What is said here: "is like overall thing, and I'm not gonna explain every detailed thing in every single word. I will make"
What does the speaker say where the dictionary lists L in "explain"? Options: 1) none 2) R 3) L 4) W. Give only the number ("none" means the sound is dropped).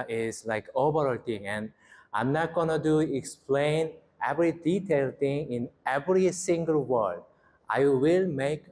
3